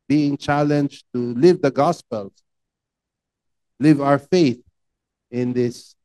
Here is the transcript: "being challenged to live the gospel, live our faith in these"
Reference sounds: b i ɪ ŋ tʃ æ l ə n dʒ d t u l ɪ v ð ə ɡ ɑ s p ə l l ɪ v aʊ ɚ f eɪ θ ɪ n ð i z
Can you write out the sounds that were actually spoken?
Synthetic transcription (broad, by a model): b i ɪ ŋ tʃ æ l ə n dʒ t u l ɪ v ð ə ɡ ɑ s p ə l l ɪ v aʊ ɚ f eɪ θ ɪ n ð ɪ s